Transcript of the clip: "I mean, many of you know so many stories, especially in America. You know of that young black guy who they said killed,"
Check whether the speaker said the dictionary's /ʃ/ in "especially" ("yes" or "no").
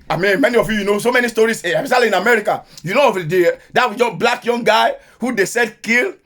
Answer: no